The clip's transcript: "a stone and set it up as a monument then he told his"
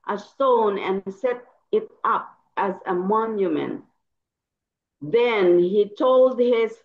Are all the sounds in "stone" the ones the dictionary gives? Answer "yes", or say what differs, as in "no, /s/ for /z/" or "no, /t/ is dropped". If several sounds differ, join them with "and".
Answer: yes